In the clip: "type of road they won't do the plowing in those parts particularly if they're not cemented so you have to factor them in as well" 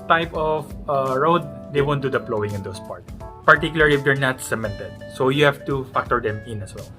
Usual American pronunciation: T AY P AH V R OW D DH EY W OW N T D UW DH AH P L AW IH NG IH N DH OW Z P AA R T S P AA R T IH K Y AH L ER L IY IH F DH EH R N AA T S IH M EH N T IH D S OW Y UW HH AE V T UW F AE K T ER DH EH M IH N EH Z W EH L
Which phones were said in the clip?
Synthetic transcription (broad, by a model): T AY P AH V R OW D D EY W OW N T D UW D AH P L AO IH NG IH N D OW S P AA R T P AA R T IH K Y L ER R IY IH F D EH R N AA T S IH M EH N T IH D S OW Y UW HH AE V T UW F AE K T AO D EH M IH N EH S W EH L